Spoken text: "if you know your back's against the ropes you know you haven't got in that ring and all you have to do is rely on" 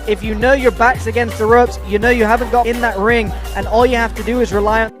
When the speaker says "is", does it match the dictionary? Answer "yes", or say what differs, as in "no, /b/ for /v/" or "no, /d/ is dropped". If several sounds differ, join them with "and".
yes